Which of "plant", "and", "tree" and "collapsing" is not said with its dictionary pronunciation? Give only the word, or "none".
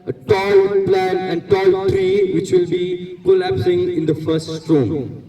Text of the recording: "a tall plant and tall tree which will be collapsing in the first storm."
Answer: plant